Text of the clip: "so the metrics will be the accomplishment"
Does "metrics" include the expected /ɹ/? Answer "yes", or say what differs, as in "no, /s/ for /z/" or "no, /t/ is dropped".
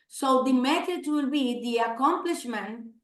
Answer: no, /ɹ/ is dropped